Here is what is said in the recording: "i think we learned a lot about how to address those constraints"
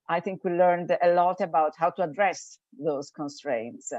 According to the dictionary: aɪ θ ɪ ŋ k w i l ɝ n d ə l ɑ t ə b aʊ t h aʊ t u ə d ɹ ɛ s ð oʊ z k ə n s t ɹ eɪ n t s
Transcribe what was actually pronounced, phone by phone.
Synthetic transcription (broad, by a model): aɪ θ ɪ ŋ k w i l ɝ n d ə l ɑ t ə b aʊ t h aʊ t u ə d ɹ ɛ s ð oʊ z k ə n s t ɹ eɪ n t s